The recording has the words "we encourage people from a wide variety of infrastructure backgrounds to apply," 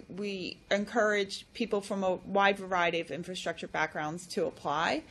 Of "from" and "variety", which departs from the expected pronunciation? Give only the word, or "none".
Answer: none